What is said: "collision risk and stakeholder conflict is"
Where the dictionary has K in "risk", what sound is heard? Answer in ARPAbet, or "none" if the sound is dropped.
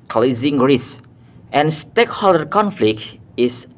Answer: none